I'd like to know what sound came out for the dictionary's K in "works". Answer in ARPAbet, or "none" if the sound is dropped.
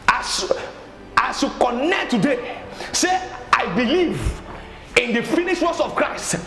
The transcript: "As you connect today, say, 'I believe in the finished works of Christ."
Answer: none